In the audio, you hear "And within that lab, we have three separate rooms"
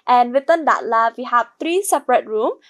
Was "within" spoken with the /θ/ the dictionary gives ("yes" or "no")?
no